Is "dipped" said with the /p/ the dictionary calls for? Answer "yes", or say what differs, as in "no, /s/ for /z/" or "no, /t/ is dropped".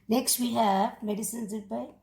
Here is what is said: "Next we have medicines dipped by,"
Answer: no, /p/ is dropped